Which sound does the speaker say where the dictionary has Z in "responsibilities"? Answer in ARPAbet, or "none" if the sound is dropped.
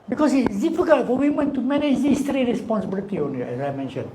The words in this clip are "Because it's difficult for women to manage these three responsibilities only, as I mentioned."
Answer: none